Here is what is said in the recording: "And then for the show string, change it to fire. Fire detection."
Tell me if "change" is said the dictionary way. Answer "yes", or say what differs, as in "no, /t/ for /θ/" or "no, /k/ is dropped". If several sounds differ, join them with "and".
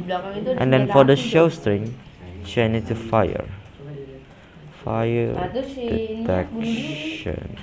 no, /dʒ/ is dropped